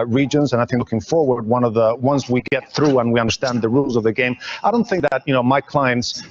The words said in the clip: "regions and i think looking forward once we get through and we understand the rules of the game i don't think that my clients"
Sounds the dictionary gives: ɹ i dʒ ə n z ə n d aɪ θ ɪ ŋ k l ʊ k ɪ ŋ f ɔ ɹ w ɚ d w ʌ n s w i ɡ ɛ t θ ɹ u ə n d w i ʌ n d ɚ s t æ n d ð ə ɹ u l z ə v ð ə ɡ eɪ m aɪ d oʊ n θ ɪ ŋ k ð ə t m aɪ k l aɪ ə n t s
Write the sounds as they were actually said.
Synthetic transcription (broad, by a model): ɹ i dʒ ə n z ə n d aɪ θ ɪ ŋ k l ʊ k ɪ ŋ f ɔ ɹ w ɚ d w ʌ n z w i ɡ ɛ t θ ɹ u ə n w i ʌ n d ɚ s t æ n ð ə ɹ u l z ə v ð ə ɡ eɪ m aɪ d oʊ n θ ɪ ŋ k ð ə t m aɪ k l aɪ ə n t s